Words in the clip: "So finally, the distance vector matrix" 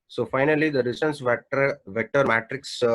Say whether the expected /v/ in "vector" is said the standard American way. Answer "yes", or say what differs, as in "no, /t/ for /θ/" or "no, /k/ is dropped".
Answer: yes